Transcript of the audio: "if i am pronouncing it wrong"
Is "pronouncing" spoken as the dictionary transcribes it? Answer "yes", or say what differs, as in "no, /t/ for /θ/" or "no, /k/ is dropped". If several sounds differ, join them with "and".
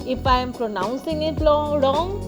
yes